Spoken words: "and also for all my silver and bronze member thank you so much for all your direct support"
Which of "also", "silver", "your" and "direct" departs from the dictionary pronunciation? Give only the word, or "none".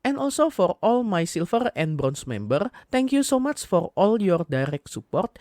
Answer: silver